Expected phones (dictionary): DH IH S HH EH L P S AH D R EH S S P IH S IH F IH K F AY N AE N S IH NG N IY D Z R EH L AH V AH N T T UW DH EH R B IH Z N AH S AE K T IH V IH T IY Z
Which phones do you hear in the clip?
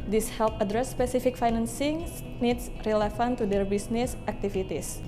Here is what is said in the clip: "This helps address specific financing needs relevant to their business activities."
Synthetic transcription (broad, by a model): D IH S HH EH L P AH D R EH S S P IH S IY F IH K F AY N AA N S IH NG N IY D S R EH L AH F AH N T T UW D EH R B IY S N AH S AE K T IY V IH T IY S